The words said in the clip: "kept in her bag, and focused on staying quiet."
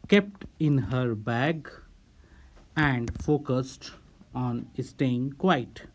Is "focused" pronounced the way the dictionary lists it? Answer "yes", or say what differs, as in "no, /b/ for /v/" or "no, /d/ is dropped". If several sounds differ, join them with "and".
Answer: yes